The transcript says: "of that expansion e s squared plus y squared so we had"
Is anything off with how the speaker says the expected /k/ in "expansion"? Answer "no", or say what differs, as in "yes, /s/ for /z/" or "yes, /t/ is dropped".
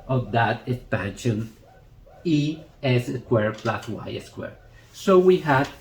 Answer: no